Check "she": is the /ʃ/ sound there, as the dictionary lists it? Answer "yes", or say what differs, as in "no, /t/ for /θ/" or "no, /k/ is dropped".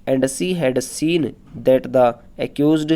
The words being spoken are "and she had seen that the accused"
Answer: no, /s/ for /ʃ/